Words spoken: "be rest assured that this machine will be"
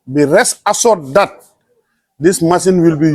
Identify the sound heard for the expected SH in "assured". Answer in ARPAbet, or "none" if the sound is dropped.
S